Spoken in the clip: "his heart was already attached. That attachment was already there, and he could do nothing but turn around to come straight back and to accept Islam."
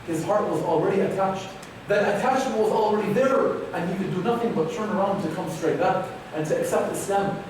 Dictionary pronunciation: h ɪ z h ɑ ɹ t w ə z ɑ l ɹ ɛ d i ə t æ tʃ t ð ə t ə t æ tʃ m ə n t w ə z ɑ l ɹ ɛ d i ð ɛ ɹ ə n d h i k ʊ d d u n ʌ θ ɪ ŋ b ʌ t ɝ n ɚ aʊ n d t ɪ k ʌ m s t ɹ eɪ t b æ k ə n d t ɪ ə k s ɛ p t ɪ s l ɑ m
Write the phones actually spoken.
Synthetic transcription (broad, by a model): h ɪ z h ɑ ɹ t w ə z l ɹ ɛ d i ə t æ tʃ t ð ə t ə t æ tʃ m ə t w ə z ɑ l ɹ ɛ d i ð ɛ ɹ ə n h i k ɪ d d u n ʌ θ ɪ ŋ b ʌ t ɝ n ɚ aʊ n d t ɪ k ʌ m s t ɹ eɪ t b æ k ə n t ɪ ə k s ɛ p t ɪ s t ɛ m